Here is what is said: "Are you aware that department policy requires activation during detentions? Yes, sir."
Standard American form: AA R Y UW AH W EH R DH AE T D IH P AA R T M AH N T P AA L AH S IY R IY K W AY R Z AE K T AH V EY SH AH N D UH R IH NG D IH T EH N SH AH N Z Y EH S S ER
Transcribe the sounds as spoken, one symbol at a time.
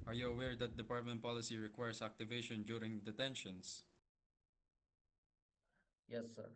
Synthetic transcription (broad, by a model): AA R Y UW AH W EH R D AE T D IH P AA R T M AH N T P AA L AH S IY R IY K W AY R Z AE K T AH V EY SH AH N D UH R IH NG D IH T EH N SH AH N S Y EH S S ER